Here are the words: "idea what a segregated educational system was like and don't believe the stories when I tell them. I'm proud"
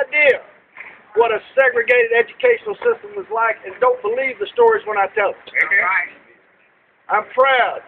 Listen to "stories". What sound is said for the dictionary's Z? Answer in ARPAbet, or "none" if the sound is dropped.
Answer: Z